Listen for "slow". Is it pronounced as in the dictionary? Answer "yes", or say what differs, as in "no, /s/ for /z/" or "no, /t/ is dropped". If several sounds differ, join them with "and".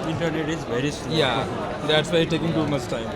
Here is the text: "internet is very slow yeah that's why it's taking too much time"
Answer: no, /l/ is dropped